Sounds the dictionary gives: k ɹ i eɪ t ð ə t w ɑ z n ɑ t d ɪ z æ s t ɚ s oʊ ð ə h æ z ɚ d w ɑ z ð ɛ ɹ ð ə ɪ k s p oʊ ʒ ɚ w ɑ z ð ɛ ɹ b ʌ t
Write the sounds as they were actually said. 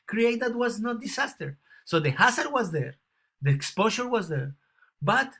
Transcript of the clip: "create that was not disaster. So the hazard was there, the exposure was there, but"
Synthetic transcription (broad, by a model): k ɹ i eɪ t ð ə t w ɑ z n ɑ t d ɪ s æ s t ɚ s oʊ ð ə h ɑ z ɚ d w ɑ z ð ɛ ɹ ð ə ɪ k s p oʊ ʃ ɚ w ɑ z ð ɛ ɹ b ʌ t